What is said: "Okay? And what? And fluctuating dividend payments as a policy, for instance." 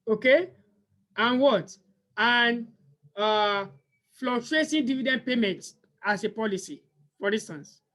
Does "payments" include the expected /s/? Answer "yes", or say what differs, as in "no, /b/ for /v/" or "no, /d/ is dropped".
no, /s/ is dropped